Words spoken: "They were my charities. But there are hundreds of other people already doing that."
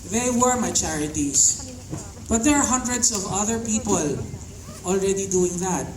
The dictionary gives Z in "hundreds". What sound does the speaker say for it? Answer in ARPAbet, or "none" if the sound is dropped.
S